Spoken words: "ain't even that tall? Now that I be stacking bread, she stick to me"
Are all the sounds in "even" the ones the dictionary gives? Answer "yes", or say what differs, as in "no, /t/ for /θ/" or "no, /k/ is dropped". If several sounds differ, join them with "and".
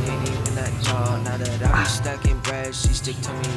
no, /v/ is dropped